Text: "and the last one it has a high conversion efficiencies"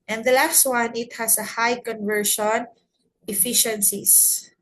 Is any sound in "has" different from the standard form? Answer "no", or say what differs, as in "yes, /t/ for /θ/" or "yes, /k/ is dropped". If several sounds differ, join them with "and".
yes, /s/ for /z/